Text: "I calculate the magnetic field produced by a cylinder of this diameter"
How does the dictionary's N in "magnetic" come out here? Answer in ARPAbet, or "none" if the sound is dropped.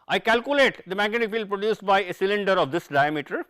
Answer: none